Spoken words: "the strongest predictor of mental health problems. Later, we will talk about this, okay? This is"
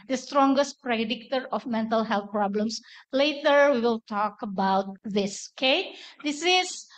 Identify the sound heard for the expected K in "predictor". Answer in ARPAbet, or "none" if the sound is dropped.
K